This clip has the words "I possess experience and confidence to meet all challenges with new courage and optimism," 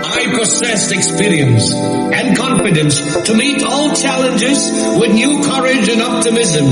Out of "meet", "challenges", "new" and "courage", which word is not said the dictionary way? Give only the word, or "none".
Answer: none